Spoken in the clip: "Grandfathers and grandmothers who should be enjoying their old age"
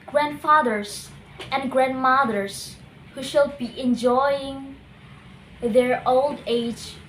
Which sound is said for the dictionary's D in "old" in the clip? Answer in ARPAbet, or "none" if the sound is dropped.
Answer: D